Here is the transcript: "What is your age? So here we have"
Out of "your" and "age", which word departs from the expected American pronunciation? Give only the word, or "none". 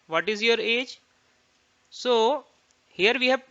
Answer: none